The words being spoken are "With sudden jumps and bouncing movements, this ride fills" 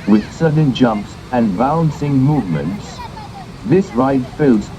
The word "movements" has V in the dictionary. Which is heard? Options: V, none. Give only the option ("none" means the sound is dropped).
V